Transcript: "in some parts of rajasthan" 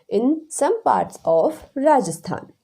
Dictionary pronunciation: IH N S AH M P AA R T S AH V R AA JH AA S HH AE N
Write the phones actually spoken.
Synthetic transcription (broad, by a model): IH N S AH M P AA R T S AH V R AA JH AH S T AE N